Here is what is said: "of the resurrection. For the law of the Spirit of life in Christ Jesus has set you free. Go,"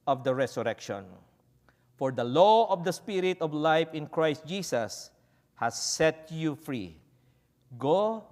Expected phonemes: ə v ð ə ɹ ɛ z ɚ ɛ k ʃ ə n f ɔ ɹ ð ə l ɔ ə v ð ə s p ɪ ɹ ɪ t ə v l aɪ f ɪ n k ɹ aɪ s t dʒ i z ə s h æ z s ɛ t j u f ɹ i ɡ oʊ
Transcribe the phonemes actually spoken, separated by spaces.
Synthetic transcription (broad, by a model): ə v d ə ɹ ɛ s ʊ ɛ k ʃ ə n f ɔ ɹ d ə l ɔ ə v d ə s p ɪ ɹ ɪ t ə v l aɪ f ɪ n k ɹ aɪ s t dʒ i s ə s h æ s ɛ t j u f ɹ i ɡ oʊ